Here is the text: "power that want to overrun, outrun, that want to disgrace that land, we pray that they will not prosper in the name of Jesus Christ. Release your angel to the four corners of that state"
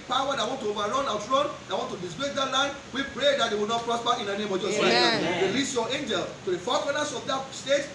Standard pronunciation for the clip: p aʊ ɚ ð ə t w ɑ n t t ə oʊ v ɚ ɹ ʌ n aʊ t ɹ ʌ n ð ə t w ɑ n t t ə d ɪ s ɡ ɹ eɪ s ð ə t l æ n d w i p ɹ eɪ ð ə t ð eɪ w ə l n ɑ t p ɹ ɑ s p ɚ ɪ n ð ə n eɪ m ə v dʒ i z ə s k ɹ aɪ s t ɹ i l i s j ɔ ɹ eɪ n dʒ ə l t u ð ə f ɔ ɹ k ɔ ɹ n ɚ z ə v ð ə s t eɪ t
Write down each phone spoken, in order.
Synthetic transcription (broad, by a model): p aʊ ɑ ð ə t w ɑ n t t ə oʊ v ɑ ɹ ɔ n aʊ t ɹ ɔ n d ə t w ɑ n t t ə d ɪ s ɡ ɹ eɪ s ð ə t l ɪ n w i p ɹ eɪ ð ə t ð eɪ w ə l n ɑ t p ɹ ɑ s p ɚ ɪ n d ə n eɪ m ə v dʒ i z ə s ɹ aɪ t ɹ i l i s j ɔ eɪ n dʒ ə l t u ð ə f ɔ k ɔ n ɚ s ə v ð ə s t eɪ t